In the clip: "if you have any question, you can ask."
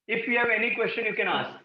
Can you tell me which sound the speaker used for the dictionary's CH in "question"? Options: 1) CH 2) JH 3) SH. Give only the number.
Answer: 1